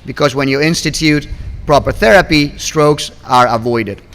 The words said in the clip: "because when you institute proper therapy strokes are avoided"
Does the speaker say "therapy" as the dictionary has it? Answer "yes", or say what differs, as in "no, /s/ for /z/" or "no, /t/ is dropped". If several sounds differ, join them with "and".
yes